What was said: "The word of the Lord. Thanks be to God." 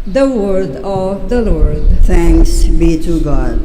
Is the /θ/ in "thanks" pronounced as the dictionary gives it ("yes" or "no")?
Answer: no